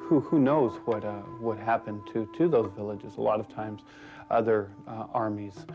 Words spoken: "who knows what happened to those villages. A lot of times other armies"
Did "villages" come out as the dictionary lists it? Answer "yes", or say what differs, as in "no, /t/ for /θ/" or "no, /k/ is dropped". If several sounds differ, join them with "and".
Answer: yes